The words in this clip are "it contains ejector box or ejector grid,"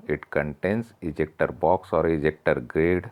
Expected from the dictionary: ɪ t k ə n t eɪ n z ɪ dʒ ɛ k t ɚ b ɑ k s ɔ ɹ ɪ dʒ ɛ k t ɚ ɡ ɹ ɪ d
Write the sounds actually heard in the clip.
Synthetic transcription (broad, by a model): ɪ t k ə n t eɪ n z ɪ dʒ ɛ k t ɚ b ɑ k s ɔ ɹ ɪ dʒ ɛ k t ɚ ɡ ɹ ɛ d